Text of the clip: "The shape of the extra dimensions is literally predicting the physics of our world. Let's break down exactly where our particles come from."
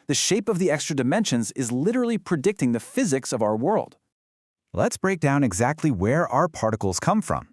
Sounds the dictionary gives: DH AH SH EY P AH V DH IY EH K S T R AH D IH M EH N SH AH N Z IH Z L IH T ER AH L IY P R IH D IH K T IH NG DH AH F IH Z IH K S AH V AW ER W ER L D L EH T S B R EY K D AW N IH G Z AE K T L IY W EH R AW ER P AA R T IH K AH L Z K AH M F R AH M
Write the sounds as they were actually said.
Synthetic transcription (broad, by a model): DH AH SH EY P AH V DH IY EH K S T R AH D IH M EH N SH AH N Z IH Z L IH T ER L IY P R IH D IH K T IH NG DH AH F IH Z IH K S AH V AW ER W ER L D L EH T S B R EY K D AW N IH G Z AE K T L IY W EH R AW ER P AA R T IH K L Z K AH M F R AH M